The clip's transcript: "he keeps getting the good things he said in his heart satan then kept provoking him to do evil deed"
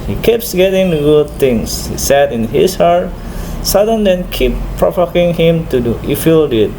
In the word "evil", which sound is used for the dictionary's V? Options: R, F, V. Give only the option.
F